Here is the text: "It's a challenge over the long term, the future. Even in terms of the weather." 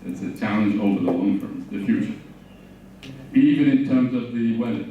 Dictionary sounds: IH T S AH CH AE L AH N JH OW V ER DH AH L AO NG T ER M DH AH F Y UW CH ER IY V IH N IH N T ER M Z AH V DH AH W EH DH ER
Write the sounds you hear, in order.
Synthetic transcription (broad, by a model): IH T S AH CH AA AH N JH OW V ER DH AH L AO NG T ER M DH AH F Y UW CH ER IY V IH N IH N T ER M Z AH V DH AH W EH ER